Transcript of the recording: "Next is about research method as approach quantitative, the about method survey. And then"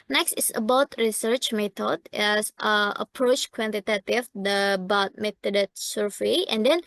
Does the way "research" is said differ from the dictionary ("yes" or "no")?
no